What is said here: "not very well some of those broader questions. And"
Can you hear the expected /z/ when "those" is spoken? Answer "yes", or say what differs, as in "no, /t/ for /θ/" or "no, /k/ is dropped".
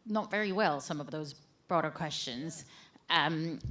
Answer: yes